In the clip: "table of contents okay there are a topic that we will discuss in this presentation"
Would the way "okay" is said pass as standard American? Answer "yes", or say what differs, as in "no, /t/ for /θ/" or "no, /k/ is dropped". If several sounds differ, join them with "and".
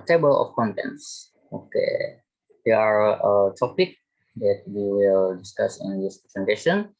yes